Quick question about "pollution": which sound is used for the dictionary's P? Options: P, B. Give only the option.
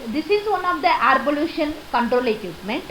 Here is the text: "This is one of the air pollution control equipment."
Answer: B